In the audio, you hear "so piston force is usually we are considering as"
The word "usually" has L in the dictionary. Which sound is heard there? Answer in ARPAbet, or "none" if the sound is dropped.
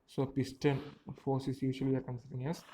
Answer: none